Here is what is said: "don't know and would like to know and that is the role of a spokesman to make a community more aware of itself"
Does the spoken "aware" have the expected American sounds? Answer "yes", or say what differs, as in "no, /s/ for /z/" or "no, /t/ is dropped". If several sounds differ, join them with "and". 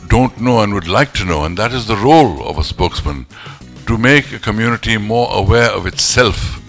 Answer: yes